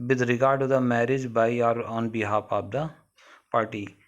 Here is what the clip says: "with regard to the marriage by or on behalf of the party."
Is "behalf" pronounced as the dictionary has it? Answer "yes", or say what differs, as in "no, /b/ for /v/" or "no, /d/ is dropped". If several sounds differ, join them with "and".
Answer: no, /p/ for /f/